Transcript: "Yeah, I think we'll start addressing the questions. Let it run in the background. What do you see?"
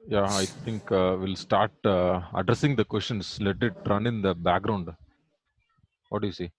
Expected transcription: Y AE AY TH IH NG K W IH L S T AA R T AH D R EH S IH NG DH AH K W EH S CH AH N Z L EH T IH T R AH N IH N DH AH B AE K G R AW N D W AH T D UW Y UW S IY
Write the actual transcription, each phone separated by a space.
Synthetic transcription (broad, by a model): Y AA AY T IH NG K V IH L S T AA R T AH D R EH S IH NG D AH K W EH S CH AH N S L EH T IH T R AH N IH N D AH B AE K G R AW N D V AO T D UW Y UW S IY